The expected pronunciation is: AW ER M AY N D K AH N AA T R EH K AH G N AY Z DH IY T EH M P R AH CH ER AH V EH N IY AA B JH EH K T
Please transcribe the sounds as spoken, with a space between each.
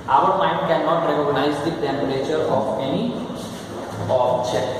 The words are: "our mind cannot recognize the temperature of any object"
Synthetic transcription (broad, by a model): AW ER M AY N D K AH N AA T R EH K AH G N AY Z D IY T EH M B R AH CH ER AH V EH N IY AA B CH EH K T